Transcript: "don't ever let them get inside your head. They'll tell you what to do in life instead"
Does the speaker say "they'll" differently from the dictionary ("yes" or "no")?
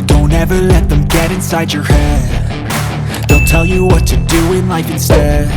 yes